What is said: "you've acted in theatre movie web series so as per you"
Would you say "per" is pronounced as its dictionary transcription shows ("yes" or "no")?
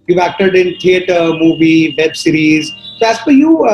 no